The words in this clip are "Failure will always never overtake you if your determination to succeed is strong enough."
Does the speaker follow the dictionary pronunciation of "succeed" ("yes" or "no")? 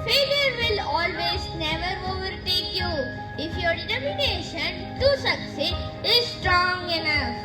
no